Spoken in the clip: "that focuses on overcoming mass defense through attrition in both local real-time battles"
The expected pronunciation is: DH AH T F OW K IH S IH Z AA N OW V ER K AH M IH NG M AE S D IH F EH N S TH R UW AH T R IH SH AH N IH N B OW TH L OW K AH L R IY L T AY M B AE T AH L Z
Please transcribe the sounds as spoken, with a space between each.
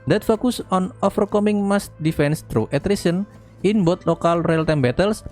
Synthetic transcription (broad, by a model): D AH T F OW K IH S AA N OW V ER K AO M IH NG M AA S D IH F EH N S T R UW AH T R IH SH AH N IH N B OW T L OW K AH L R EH L T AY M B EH T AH L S